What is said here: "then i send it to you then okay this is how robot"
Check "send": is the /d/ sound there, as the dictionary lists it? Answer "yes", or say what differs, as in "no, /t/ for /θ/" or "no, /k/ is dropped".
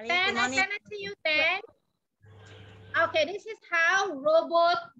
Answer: no, /d/ is dropped